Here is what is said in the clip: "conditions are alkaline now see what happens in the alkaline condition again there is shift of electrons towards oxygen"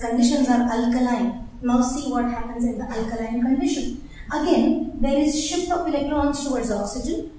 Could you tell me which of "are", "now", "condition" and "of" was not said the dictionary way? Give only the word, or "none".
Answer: of